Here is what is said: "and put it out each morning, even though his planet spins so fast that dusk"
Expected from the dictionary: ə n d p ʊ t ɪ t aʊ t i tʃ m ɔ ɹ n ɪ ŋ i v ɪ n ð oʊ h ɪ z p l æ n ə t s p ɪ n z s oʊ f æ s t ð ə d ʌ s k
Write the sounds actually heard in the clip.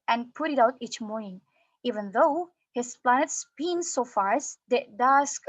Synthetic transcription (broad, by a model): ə n p ʊ t ɪ t aʊ t i tʃ m ɔ ɹ n ɪ ŋ i v ɪ n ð oʊ h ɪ s p l æ n ə t s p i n s oʊ f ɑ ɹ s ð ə d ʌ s k